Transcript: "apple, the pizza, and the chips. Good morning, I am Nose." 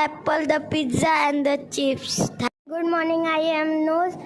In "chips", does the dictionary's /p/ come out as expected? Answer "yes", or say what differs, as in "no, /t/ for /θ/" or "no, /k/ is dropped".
no, /f/ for /p/